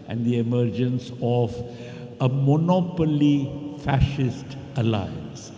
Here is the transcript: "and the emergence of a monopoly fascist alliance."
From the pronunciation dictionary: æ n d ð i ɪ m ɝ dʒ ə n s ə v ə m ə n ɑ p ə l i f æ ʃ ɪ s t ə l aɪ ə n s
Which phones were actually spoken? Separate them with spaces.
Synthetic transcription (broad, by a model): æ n d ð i ɪ m ɝ dʒ ə n s ə v ə m ə n ɑ p ə l i f æ ʃ ɪ s t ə l aɪ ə n s